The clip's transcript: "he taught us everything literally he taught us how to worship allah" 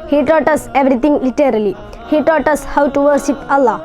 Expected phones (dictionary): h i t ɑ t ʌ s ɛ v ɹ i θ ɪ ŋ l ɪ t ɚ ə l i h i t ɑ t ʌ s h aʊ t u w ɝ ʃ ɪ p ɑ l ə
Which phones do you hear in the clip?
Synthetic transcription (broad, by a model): h i t ɑ t ʌ s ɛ v ɹ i t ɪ ŋ l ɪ t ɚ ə l i h i t ɑ t ʌ s h aʊ t u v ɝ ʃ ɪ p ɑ l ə